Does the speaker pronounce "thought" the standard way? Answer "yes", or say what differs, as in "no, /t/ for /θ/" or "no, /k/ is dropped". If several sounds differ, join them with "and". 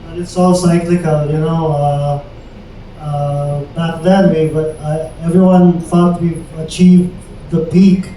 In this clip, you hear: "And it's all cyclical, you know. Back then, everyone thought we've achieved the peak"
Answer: no, /f/ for /θ/